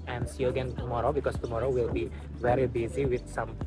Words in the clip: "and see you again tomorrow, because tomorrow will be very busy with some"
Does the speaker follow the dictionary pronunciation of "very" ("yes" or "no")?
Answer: yes